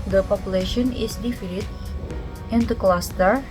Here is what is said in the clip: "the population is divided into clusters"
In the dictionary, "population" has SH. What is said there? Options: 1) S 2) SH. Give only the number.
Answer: 2